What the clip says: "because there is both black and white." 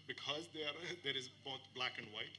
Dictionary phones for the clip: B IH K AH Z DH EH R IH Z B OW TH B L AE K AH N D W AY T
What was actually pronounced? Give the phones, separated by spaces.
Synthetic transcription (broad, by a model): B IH K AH Z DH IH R IH Z B OW TH B L AE K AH N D W AY T